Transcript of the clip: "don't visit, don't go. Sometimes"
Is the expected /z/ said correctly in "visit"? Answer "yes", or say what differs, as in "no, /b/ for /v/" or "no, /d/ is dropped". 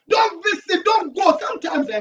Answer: no, /s/ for /z/